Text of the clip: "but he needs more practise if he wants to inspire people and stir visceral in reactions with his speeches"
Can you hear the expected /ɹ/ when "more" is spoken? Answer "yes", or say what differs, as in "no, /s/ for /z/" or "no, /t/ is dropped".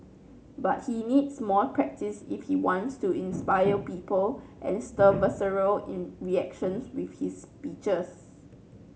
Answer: no, /l/ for /ɹ/